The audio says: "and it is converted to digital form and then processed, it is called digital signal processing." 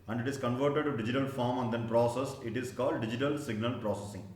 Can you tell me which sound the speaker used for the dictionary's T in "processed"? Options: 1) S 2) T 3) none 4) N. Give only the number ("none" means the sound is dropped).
3